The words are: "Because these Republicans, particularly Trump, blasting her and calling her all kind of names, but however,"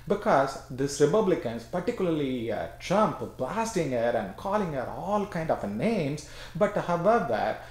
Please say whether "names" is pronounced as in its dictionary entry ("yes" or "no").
no